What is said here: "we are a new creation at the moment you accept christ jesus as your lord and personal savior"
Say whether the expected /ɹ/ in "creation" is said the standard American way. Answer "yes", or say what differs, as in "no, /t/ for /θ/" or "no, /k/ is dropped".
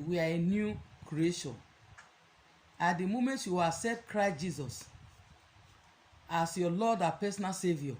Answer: yes